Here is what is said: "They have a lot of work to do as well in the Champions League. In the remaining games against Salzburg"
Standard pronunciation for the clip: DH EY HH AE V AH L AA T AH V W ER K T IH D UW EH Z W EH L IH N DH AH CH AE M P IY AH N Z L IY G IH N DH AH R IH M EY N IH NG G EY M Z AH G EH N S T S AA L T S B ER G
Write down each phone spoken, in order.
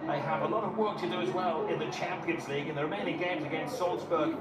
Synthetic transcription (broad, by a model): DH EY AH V AH L AA T AH V W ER K T IH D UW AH Z W EH L IH N DH AH CH AE M P IY AH N Z L IY G IH N DH AH R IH M EY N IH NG G EY M Z AH G EH N S T S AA L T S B ER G